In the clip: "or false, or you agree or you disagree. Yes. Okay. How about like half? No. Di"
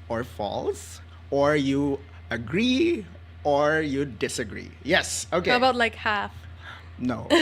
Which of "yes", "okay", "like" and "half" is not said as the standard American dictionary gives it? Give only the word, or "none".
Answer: none